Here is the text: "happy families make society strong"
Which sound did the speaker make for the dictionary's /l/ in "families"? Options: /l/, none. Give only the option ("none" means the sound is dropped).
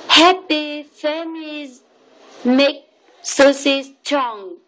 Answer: none